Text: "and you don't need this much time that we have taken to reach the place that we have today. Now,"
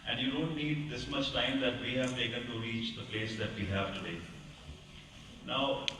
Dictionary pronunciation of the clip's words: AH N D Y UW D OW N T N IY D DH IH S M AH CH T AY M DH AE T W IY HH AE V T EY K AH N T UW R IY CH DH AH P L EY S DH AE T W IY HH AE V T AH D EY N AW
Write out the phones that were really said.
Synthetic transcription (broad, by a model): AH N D Y UW D OW N T N IY D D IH S M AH S T AY M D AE T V IY HH AE V T EY K AH N T UW R IY CH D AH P L EY S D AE T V IY HH AE V T AH D EY N AW